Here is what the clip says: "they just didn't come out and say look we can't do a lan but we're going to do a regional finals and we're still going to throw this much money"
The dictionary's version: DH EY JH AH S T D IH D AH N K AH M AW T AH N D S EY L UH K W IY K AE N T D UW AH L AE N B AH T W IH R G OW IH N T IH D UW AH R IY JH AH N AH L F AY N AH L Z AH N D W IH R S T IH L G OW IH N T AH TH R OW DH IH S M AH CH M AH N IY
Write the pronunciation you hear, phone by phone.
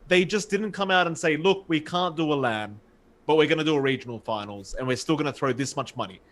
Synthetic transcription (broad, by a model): DH EY JH AH S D IH D N K AH M AW T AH N S EY L UH K W IY K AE N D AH AH L AE N B AH T W IH R G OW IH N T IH D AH AH R IY JH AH N L F AY N L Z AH N W IH R S T IH L G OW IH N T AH TH R OW DH IH S M AH CH M AH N IY